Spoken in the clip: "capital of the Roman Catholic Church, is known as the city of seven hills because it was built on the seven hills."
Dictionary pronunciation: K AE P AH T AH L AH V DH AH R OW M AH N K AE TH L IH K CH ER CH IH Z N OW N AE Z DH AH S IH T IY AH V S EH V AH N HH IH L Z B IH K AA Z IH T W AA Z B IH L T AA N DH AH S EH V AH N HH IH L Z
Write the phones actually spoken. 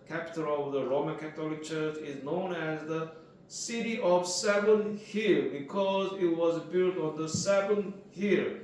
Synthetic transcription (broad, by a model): K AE P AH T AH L AH V DH AH R OW M AH N K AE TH L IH K CH ER CH IH Z N OW N AE Z DH AH S IH T IY AH V S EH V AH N HH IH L B IH K AA Z IH T W AA Z B IH L T AA N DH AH S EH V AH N HH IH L